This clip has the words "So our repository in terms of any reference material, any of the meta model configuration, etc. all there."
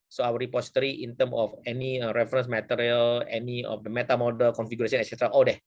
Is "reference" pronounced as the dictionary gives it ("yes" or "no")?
yes